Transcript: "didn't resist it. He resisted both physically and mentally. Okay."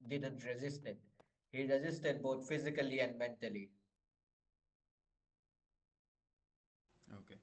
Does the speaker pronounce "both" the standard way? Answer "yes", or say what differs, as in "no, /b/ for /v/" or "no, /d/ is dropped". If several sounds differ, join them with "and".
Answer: no, /t/ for /θ/